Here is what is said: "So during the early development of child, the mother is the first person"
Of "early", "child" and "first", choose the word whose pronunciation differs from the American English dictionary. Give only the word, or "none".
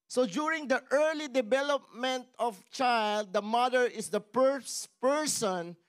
first